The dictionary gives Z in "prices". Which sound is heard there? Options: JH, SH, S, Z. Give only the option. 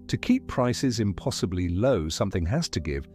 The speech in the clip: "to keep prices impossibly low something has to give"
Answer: Z